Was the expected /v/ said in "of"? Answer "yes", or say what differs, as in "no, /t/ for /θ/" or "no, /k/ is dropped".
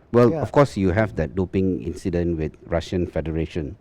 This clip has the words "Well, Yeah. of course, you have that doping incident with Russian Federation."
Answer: no, /f/ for /v/